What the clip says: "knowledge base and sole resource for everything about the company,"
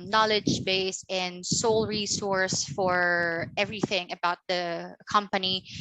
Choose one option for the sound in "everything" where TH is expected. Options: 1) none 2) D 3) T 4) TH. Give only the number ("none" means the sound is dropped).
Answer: 4